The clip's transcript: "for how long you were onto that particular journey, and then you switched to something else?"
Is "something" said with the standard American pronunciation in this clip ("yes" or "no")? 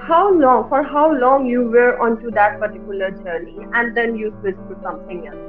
no